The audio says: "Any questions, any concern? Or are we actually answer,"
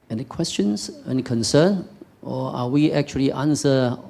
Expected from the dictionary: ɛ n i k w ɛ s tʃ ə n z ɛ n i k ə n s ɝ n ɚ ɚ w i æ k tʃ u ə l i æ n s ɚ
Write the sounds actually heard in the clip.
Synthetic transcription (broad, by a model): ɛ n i k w ɛ s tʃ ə n s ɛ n k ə n s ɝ n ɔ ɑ w i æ k tʃ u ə l i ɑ n s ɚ